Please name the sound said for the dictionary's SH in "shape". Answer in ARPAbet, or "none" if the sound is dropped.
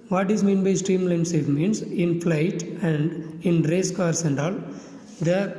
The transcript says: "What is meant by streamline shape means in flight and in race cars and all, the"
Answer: S